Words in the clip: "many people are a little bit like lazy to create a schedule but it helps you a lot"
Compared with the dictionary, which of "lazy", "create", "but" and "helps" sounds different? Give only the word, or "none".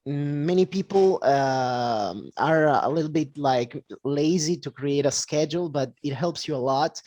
none